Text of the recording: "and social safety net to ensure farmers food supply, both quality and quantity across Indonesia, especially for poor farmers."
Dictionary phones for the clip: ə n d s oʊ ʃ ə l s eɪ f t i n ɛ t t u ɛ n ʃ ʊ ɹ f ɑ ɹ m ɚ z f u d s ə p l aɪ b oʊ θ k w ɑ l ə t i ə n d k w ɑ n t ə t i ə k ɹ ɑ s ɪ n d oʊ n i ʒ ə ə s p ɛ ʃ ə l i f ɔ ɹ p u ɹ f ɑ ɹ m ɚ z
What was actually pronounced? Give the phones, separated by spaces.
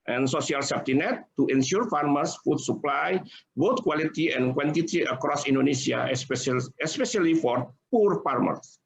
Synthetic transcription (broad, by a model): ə n s oʊ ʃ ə l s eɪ p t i n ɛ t t u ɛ n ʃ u ɹ f ɑ ɹ m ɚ s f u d s ə p l aɪ b oʊ t k w ɑ l ə t i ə n k w ɑ n t ə t i ə k ɹ ɑ s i n d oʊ n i s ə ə s p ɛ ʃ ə l i f ɔ ɹ p u ɹ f ɑ ɹ m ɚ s